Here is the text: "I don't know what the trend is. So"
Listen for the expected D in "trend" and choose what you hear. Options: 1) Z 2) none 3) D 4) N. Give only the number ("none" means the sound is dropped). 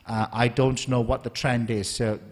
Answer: 3